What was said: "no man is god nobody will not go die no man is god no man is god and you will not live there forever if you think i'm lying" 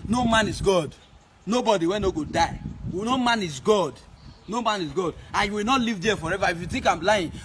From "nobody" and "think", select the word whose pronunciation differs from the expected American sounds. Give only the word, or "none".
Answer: think